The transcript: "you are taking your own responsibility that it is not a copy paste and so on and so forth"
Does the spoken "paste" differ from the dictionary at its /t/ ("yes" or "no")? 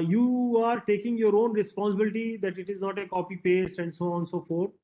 no